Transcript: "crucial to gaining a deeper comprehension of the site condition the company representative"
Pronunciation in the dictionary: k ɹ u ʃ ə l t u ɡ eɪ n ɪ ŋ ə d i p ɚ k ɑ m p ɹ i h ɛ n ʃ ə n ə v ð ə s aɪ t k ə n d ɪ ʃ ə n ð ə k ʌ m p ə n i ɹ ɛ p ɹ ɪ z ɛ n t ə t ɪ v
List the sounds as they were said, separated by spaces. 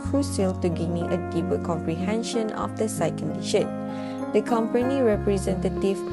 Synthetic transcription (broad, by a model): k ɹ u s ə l t u ɡ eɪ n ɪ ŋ ə d i p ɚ k ɑ m p ɹ i h ɛ n ʃ ə n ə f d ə s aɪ k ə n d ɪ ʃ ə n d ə k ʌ m p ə n i ɹ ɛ p ɹ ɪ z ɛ n t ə t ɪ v